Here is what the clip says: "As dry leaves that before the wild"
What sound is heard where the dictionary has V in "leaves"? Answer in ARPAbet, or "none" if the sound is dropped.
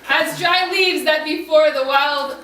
V